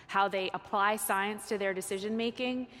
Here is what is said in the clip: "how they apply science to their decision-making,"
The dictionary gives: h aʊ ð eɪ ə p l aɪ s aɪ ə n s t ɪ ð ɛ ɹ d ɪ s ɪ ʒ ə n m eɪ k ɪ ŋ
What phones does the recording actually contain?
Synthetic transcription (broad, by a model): h aʊ ð eɪ ə p l aɪ s aɪ ə n s t ɪ ð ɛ ɹ d ɪ s ɪ ʒ ə n m eɪ k ɪ ŋ